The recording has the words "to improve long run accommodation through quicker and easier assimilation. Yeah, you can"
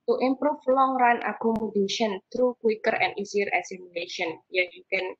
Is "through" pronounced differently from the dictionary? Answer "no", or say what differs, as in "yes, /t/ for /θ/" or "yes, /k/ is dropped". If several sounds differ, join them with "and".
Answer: yes, /t/ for /θ/